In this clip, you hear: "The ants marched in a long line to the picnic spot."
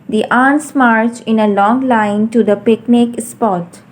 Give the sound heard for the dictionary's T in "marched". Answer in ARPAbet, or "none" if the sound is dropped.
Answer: none